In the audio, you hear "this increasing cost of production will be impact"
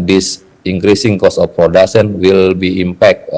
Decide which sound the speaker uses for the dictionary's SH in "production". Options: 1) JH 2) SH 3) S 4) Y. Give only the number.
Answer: 3